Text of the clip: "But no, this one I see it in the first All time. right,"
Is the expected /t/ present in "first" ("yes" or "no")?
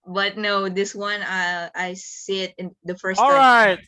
no